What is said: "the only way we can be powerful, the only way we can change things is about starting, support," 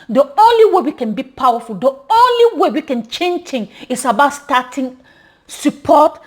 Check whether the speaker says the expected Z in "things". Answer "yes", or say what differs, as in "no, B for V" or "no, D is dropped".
no, Z is dropped